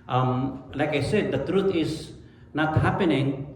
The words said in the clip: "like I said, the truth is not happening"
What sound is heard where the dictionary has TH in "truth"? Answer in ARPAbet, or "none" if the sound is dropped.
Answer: T